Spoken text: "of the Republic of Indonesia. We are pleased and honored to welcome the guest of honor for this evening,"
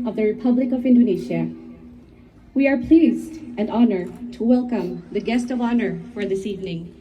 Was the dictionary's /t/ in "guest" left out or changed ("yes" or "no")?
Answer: no